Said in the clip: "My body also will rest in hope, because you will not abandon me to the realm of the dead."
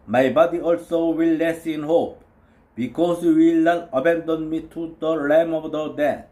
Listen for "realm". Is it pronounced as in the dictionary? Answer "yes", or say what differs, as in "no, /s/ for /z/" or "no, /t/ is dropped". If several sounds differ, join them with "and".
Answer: no, /l/ is dropped